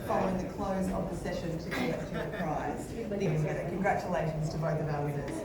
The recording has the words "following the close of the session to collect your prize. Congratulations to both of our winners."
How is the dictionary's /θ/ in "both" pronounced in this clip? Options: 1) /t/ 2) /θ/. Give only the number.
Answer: 2